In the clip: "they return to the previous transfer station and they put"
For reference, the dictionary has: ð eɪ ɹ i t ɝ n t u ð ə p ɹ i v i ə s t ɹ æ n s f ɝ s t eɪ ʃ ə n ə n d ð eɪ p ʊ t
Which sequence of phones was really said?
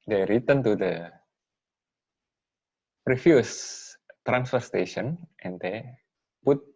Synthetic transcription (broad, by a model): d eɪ ɹ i t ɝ n t u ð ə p ɹ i f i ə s t ɹ æ n s f ɝ s t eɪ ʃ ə n ə n d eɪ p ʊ t